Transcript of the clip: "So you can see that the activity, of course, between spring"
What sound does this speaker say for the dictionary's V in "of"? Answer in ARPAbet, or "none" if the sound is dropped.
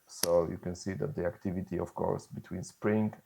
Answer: F